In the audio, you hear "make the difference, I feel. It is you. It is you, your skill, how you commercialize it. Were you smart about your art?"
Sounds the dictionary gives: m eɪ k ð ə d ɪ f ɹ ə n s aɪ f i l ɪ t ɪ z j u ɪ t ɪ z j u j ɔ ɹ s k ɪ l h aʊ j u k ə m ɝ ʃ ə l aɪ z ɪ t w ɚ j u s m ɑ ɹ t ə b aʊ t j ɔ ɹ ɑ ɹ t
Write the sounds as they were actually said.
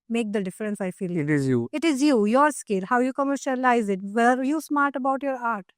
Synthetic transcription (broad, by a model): m eɪ k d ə d ɪ f ɹ ə n s aɪ f i l ɪ t ɪ z j u ɪ t ɪ z j u j ɔ ɹ s k ɪ l h aʊ j u k ə m ɝ ʃ ə l aɪ z ɪ t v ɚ j u s m ɑ ɹ t ə b aʊ t j ɔ ɹ ɑ ɹ t